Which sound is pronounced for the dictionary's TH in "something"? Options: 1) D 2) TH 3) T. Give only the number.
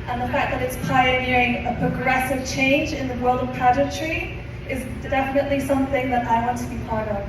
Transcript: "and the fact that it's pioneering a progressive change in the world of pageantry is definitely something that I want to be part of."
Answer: 2